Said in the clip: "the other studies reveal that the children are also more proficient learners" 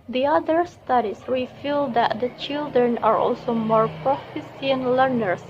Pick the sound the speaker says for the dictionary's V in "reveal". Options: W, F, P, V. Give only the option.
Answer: F